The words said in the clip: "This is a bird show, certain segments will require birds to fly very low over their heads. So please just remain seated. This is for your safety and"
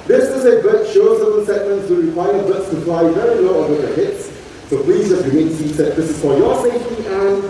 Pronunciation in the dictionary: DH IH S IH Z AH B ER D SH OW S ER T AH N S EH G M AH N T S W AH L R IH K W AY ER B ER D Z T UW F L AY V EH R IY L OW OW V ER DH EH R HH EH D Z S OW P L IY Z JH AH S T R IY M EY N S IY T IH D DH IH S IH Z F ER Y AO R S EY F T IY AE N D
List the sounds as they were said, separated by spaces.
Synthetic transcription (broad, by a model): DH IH S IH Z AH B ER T SH OW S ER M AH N S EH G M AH N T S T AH R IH K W AY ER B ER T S T UW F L AY V EH R IY L OW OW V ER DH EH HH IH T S S OW P L IY Z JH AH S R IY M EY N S IY S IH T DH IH S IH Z F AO Y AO S EY F T IY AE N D